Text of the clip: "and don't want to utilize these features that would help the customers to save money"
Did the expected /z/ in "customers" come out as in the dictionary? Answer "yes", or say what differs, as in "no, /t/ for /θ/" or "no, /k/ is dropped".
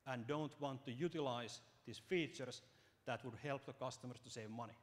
no, /s/ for /z/